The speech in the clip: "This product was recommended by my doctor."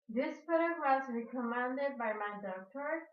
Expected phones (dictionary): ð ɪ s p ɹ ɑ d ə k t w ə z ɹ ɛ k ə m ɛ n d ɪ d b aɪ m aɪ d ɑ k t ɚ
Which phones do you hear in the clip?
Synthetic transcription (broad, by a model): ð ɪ s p ʊ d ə t w ə z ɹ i k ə m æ n d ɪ d b aɪ m aɪ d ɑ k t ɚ